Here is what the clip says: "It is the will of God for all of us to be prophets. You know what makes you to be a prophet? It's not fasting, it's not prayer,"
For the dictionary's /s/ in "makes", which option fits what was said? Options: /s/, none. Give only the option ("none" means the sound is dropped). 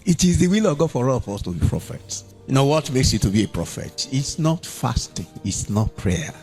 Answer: /s/